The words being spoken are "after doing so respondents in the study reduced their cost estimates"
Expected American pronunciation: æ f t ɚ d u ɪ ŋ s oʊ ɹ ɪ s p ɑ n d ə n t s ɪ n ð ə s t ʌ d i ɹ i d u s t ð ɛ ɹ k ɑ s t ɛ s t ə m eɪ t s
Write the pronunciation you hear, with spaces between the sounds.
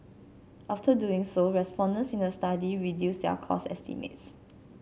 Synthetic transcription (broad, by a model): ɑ f t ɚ d u ɪ ŋ s oʊ ɹ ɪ s p ɑ n d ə n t s ɪ n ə s t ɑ d i ɹ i d u s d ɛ k ɑ s ɛ s t ə m eɪ t s